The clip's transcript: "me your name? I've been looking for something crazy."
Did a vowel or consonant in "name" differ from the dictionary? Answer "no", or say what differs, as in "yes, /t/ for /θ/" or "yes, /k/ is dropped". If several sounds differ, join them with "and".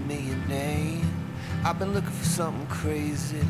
yes, /m/ is dropped